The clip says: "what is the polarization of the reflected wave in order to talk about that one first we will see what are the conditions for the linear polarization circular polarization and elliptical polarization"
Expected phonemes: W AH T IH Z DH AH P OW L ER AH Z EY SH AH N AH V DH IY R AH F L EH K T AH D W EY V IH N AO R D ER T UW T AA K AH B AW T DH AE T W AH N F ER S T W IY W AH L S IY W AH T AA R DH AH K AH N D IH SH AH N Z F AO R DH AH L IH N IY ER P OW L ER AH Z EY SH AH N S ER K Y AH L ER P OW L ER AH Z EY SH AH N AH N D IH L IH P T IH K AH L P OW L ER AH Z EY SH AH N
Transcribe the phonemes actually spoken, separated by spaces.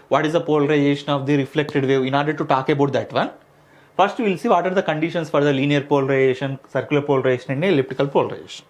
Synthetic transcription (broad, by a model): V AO T IH Z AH P OW L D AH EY SH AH N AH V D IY R AH F L EH K T AH D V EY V IH N AO R D ER T UW T AA K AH B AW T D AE T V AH N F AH S T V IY L S IY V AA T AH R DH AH K AH N D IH SH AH N S F AO R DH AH L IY N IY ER P OW L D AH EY SH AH N S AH K Y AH L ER P OW L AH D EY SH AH N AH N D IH L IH P T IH K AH L P OW L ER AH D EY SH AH N